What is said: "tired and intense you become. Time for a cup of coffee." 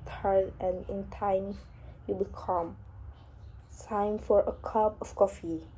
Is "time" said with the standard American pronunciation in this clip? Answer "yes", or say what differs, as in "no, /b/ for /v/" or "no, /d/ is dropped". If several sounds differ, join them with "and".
no, /s/ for /t/